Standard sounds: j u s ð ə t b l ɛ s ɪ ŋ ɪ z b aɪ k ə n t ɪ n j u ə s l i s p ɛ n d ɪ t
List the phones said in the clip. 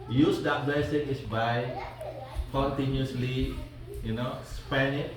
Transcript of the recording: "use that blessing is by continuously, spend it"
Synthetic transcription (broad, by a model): j u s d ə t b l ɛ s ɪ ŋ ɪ s b aɪ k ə n t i n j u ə s l i s p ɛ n ɪ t